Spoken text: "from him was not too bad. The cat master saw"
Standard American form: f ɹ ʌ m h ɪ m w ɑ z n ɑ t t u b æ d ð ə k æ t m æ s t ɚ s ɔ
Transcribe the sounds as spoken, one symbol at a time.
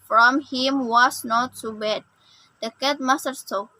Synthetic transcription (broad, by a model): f ɹ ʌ m h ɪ m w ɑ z n ɑ t s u b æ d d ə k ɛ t m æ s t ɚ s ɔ